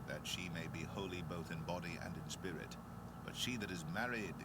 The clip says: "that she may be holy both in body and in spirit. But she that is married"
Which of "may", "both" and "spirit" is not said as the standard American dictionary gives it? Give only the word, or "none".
none